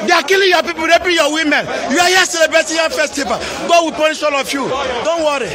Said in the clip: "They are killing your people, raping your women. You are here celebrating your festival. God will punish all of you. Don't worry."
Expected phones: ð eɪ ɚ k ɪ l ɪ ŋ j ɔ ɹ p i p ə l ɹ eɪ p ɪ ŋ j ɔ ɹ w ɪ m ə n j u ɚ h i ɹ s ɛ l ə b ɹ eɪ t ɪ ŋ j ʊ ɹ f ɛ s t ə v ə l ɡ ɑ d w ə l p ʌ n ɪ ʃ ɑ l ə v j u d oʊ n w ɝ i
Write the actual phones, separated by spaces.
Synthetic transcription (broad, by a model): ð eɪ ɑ k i l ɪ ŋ j ɔ p i p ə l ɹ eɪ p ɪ j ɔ w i m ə n j u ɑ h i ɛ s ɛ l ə b ɹ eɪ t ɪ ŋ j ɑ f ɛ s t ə p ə ɡ ɑ d w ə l p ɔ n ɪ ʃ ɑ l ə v j u d oʊ n w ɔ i